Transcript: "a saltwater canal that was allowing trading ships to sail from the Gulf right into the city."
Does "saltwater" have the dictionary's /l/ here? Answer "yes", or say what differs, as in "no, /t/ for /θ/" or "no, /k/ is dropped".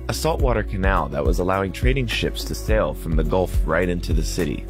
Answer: yes